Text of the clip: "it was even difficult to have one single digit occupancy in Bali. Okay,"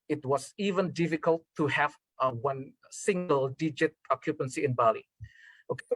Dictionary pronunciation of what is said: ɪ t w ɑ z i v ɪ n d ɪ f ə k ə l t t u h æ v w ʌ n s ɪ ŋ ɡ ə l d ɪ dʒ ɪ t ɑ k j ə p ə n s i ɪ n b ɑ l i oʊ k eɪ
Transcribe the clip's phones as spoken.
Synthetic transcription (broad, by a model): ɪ t w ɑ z i v ɪ n d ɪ f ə k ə l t t u h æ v w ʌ n s ɪ ŋ ɡ ə l d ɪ dʒ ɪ t ɑ k j ə p ə n s i ɪ n b ɑ l i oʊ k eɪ